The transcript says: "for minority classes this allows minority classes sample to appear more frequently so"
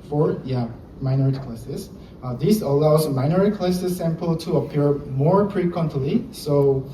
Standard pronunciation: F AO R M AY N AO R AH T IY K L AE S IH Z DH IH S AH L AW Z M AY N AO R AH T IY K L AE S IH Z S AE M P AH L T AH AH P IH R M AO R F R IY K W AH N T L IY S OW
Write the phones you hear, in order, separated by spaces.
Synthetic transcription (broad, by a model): F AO R M AY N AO R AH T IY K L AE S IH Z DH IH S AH L AW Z M AY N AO R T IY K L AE S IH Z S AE M P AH L T AH AH P IH R M AO R P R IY K W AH N T L IY S OW